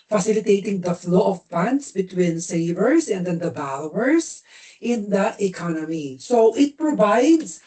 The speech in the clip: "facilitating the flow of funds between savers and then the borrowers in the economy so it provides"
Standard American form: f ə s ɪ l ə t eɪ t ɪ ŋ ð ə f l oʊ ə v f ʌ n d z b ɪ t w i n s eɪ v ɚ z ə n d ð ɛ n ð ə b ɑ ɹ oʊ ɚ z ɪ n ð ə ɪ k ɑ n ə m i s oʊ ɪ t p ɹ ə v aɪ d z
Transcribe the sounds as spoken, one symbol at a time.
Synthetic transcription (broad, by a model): f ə s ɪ l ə t eɪ t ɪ ŋ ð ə f l oʊ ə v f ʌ n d s b ɪ t w i n s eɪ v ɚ s ə n d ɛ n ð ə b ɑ l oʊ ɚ s ɪ n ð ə ɪ k ɑ n ə m i s oʊ ɪ t p ɹ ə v aɪ d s